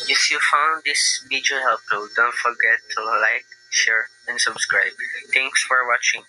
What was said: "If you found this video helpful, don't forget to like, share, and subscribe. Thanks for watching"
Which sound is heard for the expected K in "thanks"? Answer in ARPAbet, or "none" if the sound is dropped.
none